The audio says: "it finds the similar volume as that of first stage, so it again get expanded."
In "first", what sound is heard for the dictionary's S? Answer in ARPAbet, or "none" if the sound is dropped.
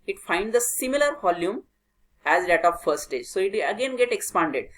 none